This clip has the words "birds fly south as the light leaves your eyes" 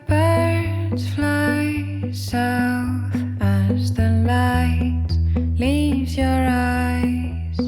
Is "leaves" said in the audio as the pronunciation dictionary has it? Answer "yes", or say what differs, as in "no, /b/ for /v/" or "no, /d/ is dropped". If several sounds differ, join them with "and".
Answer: yes